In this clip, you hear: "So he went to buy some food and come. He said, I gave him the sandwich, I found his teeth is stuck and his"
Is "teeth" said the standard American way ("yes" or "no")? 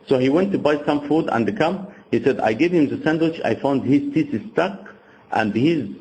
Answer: no